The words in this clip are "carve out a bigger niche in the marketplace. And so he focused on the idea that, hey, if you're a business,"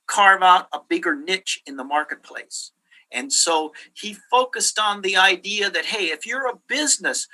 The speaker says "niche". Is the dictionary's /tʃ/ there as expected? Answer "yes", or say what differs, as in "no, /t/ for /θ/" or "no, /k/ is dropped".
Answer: yes